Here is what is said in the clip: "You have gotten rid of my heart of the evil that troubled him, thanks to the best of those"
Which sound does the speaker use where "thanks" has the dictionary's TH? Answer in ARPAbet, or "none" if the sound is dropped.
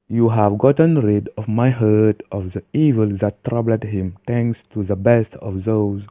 T